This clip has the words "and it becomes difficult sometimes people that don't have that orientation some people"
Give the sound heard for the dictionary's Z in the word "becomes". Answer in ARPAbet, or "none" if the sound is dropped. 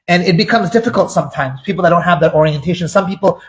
Z